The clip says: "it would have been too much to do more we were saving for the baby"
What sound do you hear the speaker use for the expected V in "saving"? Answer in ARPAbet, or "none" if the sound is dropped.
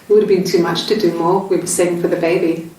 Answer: none